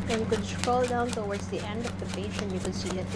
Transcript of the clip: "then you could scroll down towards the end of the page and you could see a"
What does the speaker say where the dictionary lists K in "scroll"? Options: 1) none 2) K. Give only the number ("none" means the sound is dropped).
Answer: 1